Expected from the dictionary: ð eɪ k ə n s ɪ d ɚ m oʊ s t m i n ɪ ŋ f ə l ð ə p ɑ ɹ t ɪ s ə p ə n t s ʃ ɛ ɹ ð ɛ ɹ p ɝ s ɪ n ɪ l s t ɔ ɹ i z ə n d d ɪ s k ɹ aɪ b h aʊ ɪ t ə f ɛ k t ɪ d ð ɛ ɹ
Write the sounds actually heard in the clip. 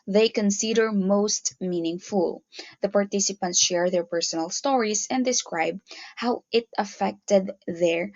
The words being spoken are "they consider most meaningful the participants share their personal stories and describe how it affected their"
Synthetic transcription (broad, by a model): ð eɪ k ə n s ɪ d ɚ m oʊ s t m i n ɪ ŋ f ə l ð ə p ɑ ɹ t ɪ s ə p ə n t s ʃ ɛ ɹ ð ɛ ɹ p ɝ s ɪ n ɪ l s t ɔ ɹ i s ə n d d ɪ s k ɹ aɪ b h aʊ ɪ t ə f ɛ k t ɪ d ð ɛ ɹ